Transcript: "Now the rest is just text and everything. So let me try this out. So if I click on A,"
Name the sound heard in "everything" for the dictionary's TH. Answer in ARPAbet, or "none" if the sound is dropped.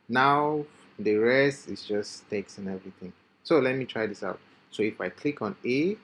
T